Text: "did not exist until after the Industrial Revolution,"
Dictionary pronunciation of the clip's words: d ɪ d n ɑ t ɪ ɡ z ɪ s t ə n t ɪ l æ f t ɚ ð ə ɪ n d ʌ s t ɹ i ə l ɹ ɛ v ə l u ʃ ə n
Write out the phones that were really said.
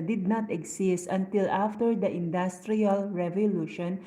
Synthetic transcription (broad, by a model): d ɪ d n ɑ t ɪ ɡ s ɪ s t ə n t ɪ l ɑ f t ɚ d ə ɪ n d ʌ s t ɹ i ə l ɹ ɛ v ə l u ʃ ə n